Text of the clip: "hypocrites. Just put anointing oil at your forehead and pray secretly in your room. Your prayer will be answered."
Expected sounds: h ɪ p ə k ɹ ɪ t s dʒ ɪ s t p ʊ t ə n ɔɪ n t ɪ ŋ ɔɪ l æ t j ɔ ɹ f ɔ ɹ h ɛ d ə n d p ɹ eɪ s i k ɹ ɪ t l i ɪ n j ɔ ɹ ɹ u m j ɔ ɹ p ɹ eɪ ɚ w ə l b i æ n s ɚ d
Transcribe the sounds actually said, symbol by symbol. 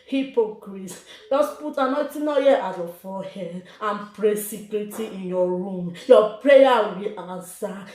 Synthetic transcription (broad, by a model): h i p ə k ɹ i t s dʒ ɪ s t p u t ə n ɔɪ t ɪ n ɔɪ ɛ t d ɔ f ɔ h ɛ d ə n p ɹ eɪ s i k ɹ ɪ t i ɪ n j ɔ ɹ ɹ u m j ɔ p ɹ eɪ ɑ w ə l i n s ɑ